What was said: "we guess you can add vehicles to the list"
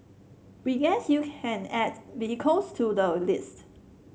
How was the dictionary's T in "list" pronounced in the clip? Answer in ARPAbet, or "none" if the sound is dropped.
T